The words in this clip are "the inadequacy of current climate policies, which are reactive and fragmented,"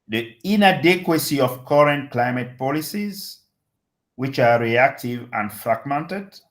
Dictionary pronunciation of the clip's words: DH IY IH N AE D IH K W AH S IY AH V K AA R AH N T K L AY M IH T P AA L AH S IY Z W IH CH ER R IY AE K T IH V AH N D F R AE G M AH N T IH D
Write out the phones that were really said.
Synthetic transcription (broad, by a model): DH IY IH N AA D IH K W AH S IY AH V K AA R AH N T K L AY M IH T P AA L AH S IY Z W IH CH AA R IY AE K T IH V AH N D F R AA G M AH N T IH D